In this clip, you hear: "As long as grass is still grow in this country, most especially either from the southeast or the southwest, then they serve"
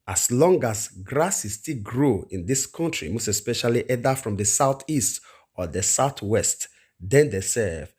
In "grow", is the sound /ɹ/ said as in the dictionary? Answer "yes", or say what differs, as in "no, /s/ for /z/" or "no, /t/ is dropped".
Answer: yes